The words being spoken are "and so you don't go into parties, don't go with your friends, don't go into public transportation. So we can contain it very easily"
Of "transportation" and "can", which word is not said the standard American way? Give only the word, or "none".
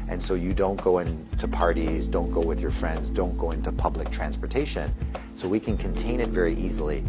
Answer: none